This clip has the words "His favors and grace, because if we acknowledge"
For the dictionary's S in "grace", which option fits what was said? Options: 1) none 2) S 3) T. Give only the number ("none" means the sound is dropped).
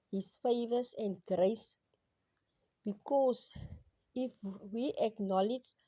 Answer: 2